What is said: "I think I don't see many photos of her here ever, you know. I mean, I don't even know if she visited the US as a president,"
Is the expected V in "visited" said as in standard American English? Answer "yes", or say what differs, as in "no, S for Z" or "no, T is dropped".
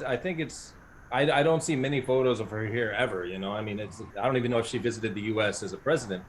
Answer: yes